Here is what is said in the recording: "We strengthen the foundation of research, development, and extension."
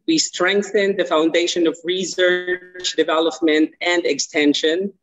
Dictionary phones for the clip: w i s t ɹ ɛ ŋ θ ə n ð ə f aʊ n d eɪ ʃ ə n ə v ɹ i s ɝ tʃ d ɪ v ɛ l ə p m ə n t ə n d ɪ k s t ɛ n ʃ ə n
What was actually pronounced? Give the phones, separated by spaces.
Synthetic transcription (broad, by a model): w i s t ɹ ɛ ŋ θ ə n ð ə f aʊ n d eɪ ʃ ə n ə v ɹ i s ɝ tʃ d ɪ v ɛ l ə p m ə n t ə n d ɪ k s t ɛ n ʃ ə n